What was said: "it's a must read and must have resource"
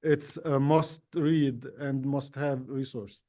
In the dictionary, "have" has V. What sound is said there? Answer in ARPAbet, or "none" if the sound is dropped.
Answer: V